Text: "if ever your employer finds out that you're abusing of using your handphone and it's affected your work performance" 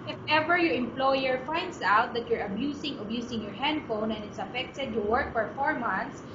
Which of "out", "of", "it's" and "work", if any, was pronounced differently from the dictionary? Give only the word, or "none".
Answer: of